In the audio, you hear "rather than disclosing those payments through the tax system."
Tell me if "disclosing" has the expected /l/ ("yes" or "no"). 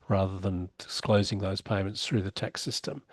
yes